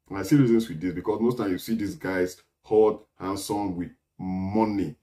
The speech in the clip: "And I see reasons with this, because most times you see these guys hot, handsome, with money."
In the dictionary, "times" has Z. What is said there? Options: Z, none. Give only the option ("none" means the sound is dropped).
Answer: none